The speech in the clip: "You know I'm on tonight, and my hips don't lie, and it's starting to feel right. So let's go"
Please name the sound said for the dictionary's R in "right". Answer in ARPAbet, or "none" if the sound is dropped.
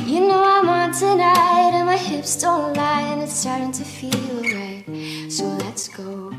W